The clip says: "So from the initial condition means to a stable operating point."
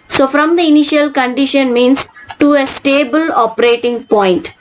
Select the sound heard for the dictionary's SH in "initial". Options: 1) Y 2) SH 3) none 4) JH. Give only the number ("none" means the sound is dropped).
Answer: 2